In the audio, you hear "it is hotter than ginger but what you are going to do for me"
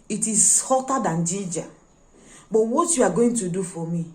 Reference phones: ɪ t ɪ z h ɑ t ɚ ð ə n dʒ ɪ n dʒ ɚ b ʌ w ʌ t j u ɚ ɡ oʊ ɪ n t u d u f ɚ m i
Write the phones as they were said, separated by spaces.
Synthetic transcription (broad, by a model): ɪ t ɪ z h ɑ t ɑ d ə n dʒ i dʒ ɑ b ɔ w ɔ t j u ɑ ɡ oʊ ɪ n t u d u f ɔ m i